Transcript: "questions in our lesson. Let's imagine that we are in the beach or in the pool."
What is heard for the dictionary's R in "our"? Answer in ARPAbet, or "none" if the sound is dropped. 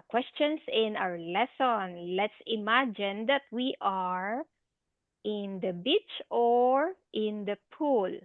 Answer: W